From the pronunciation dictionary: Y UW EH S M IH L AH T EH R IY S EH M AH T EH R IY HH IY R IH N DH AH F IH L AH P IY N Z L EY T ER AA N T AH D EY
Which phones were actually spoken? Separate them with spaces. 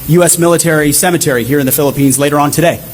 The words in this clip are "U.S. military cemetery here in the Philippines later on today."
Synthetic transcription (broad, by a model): Y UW EH S M IH L AH T EH R IY S EH M AH T EH R IY HH IY R IH N DH AH F IH L AH P IY N Z L EY T ER AA N T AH D EY